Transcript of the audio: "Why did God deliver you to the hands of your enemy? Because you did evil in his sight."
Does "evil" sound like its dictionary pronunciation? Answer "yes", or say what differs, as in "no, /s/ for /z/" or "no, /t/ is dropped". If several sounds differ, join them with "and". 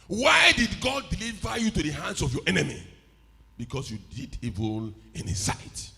no, /n/ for /l/